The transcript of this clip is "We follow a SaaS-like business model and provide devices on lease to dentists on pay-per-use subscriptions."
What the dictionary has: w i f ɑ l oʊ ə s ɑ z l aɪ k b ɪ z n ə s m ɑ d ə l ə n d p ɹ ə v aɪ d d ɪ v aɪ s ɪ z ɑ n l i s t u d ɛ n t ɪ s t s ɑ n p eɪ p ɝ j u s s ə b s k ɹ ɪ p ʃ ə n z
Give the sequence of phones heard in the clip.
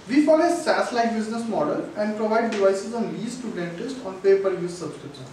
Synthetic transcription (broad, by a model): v i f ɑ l ə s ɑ s l aɪ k b ɪ z n ə s m ɑ d ə l ə n d p ɹ ə v aɪ d d ɪ v aɪ s ɪ z ɑ n l i s t u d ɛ n t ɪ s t ɑ n p eɪ p ɝ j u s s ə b s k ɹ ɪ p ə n